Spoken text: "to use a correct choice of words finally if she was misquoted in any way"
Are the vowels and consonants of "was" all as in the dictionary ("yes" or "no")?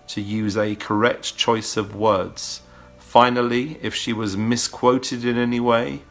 yes